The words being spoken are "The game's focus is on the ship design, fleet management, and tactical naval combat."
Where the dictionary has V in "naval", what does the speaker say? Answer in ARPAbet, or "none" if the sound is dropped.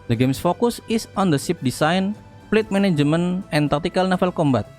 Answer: F